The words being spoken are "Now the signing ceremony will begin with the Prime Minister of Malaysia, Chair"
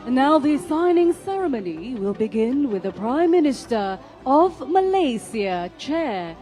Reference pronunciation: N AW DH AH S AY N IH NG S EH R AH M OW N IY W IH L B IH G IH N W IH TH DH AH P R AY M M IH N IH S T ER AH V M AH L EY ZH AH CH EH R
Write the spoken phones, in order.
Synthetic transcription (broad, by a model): N AW DH AH S AY N IH NG S EH R AH M OW N IY W IH L B IH G IH N W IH DH AH P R AY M M IH N IH S T ER AH V M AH L EY S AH CH EH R